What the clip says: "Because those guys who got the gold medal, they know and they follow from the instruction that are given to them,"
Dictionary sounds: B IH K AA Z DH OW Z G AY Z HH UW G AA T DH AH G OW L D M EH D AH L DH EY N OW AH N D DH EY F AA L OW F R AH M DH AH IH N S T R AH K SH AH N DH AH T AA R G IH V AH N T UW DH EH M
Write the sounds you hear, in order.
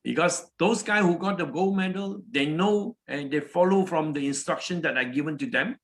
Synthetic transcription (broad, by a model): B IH K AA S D OW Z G AY HH UW G AA T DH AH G OW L M EH D AH L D EY N OW AH N D EY F AA L OW F R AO M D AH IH N S T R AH K SH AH N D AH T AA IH G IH V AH N T UW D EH M